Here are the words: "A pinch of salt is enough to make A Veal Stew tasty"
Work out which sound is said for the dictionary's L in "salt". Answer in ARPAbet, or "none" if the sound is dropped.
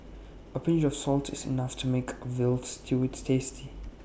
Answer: L